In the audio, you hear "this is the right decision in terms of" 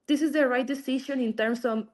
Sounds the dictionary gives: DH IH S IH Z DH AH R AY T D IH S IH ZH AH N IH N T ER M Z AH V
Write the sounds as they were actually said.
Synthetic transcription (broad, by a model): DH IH S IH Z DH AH R AY T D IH S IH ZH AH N IH N T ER M S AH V